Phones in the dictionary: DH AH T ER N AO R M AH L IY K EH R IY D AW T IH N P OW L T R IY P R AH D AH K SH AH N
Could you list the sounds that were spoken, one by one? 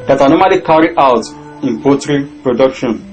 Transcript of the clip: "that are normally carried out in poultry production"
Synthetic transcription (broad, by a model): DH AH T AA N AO M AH L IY K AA R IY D AW T IH N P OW T R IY P R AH D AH K SH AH N